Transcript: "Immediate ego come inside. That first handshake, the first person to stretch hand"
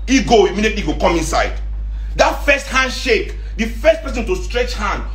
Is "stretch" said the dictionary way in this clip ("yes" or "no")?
yes